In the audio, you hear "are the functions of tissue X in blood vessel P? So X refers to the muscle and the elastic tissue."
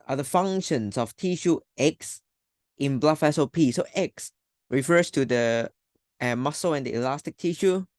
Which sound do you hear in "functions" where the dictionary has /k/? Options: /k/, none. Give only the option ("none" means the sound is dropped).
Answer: none